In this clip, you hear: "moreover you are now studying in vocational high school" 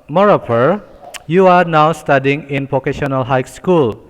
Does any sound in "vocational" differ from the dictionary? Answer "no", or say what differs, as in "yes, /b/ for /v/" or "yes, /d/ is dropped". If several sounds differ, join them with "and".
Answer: yes, /p/ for /v/